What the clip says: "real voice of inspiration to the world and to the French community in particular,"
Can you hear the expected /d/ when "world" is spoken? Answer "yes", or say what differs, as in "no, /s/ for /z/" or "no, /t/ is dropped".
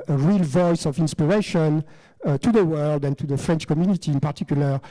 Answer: yes